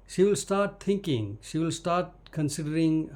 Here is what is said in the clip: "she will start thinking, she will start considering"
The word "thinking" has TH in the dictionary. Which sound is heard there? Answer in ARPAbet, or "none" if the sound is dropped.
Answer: T